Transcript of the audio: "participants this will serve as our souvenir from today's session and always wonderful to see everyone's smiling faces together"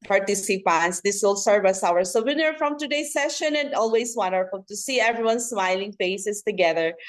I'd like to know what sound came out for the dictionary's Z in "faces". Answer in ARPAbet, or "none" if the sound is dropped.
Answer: S